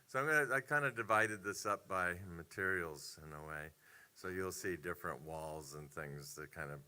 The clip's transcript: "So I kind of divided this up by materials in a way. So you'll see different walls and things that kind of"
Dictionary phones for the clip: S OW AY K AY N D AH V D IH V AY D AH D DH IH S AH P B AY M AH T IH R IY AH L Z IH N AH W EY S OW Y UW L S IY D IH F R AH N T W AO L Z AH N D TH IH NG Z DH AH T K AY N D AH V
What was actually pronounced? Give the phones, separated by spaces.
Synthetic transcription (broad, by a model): S OW AY K AY N D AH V D IH V AY D AH D DH IH S AH P B AY M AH T IH R IY L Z IH N AH W EY S OW Y UW L S IY D IH F R AH N T W AO L Z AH N TH IH NG Z DH AH T K AY N D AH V